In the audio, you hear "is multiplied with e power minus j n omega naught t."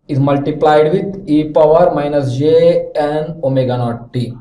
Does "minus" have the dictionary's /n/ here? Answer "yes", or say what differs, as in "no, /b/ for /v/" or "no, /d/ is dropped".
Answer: yes